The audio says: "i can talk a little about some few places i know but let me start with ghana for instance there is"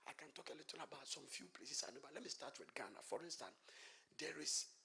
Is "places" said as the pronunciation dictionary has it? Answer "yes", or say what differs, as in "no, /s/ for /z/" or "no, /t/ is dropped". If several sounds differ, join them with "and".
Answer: no, /s/ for /z/